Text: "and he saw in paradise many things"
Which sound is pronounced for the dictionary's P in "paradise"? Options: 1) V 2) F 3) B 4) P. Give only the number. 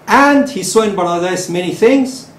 3